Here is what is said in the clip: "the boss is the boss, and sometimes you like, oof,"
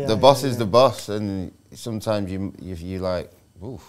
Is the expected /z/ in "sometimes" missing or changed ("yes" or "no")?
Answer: no